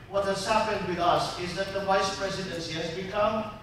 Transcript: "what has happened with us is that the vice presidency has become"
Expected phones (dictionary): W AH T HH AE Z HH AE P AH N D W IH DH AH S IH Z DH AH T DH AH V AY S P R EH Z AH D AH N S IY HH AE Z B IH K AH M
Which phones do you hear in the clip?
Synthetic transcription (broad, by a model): W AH T HH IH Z HH AE P AH N D W IH DH AH S IH Z DH AH T DH AH V AY S P R EH Z AH D AH N S IY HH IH Z B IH K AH M